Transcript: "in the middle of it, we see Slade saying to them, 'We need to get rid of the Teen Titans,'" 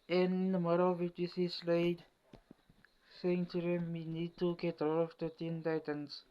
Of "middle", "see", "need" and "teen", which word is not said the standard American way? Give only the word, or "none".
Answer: middle